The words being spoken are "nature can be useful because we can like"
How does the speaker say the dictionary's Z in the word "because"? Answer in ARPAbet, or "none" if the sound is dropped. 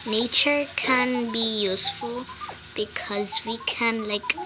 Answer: Z